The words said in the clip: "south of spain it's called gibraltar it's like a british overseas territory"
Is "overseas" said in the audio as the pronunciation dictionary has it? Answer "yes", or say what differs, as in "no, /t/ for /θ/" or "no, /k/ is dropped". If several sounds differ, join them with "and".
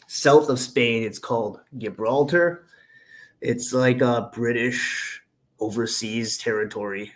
yes